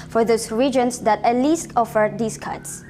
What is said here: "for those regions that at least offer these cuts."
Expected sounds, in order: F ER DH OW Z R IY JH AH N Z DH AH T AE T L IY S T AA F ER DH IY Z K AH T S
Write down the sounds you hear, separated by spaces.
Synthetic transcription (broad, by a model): F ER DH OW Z R IY JH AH N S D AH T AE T L IY S T AA F ER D IY S K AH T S